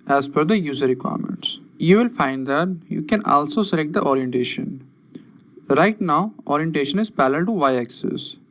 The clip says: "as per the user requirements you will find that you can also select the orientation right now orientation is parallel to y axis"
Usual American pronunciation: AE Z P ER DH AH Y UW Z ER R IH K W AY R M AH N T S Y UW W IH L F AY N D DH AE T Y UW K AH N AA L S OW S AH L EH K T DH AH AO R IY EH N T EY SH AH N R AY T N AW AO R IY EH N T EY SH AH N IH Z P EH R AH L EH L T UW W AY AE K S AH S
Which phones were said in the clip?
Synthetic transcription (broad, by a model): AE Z F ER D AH Y UW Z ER R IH K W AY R M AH N T S Y UW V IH L F AY N D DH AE T Y UW K AH N AA L S OW S AH L EH K T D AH AO R IY EH N T EY SH AH N R AY T N AW AO R IY EH N T EY SH AH N IH Z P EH L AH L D T UW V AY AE K S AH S